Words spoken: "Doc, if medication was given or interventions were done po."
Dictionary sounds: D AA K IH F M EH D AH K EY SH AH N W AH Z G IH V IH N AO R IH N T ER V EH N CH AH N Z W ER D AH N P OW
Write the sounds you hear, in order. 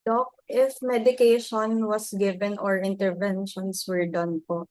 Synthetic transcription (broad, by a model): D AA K IH F M EH D AH K EY SH AH N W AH S G IH V IH N AO R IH N T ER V EH N SH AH N S W ER D AH N P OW